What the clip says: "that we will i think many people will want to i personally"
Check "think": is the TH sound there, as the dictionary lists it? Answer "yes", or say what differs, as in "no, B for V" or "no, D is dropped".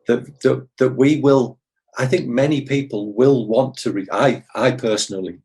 yes